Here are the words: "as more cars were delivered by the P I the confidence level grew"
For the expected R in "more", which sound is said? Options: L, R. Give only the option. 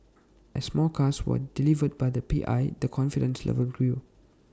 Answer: L